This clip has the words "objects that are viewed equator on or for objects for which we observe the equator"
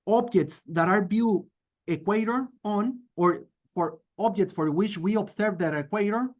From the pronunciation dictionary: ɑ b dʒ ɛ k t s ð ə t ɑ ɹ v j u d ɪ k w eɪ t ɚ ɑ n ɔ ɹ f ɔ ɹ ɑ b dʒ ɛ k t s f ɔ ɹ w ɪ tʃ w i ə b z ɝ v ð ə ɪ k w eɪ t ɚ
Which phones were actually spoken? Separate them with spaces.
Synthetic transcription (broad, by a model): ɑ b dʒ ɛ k t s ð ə t ɑ ɹ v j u ɪ k w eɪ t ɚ ɑ n ɔ ɹ f ɔ ɹ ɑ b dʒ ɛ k t s f ɔ ɹ w ɪ tʃ w i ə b s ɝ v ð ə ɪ k w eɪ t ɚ